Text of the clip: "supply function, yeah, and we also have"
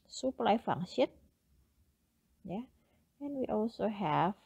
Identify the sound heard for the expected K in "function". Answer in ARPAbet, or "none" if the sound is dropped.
none